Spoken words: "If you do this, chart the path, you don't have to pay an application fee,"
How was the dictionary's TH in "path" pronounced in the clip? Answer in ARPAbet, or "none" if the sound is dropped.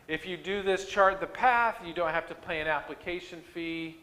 TH